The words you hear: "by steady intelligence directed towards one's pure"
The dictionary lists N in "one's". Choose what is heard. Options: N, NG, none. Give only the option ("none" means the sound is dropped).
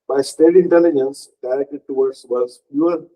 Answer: none